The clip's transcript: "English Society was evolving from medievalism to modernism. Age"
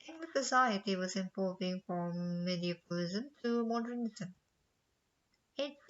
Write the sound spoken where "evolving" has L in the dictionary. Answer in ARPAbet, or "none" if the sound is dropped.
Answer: none